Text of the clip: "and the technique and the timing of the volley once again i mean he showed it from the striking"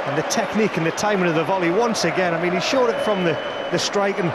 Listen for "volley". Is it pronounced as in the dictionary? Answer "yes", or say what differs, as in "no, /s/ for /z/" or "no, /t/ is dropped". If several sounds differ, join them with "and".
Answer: yes